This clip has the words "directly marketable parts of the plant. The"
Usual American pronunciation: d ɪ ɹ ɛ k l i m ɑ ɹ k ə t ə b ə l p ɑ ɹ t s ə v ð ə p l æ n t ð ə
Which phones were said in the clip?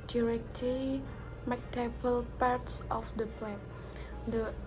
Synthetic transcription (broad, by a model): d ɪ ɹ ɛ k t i m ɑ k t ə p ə l p ɑ ɹ t s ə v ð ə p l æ t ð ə